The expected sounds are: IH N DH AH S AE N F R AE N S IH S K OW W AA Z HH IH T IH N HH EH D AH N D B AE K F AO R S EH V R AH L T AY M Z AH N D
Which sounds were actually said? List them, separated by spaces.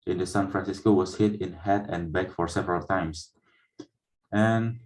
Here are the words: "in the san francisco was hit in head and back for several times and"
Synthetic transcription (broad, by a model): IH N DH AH S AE N F R AE N S IH S K OW W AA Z HH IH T IH N HH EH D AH N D B AE K F AO R S EH V R AH L T AY M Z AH N